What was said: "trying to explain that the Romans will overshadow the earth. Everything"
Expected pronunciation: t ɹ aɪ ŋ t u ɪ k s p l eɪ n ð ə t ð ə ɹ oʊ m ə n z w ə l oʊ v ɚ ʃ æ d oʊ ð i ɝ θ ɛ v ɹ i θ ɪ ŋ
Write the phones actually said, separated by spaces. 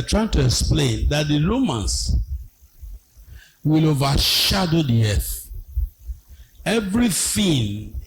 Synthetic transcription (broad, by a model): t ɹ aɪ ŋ t u ɪ k s p l eɪ n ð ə t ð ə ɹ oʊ m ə n s w ə l oʊ v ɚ ʃ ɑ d oʊ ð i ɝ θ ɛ v ɹ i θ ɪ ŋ